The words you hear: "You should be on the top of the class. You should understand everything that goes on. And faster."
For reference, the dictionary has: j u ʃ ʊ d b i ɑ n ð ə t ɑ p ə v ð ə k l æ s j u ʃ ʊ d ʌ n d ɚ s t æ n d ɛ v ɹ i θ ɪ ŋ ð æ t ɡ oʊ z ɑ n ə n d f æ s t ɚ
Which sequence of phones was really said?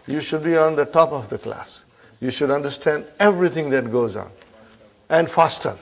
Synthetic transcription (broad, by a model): j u ʃ ʊ d b i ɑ n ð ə t ɑ p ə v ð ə k l æ s j u ʃ ʊ d ʌ n d ɚ s t æ n d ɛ v ɹ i t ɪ ŋ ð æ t ɡ oʊ z ɑ n ə n d f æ s t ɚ